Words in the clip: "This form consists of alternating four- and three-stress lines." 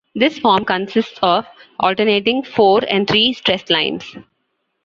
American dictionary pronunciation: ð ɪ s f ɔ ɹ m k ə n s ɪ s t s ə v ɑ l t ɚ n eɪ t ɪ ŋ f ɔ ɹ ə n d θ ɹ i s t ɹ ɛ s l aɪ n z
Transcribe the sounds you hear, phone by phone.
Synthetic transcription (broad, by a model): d ɪ s f ɔ ɹ m k ə n s ɪ s t s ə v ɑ l t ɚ n eɪ t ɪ ŋ f ɔ ɹ ə n d t ɹ i s t ɹ ɛ s l aɪ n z